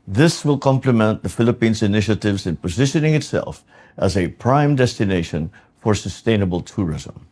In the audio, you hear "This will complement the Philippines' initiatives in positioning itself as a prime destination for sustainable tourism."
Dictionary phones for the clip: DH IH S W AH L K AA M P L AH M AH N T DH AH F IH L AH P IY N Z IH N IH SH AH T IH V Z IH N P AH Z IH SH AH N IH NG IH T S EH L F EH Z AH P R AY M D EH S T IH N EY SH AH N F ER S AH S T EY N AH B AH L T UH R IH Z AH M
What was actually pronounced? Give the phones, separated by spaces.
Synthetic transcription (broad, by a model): DH IH S W AH L K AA M P L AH M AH N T DH AH F IH L AH P IY N Z IH N IH SH AH T IH V Z IH N P AH Z IH SH AH N IH NG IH T S EH L F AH Z AH P R AY M D EH S T IH N EY SH AH N F ER S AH S T EY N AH B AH L T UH R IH Z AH M